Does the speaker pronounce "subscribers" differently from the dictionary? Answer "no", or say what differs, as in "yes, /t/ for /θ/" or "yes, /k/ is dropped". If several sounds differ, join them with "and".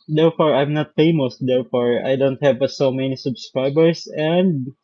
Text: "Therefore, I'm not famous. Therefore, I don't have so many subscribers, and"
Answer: yes, /s/ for /z/